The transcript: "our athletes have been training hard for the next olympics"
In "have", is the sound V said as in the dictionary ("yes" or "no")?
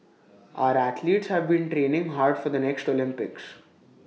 yes